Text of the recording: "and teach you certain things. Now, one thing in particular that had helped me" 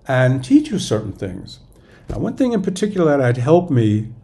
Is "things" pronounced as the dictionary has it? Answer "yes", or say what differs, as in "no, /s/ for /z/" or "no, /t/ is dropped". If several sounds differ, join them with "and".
yes